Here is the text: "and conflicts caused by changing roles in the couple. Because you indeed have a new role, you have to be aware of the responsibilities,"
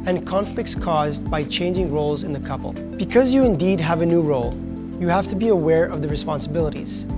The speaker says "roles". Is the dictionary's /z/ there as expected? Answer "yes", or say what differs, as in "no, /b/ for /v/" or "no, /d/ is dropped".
yes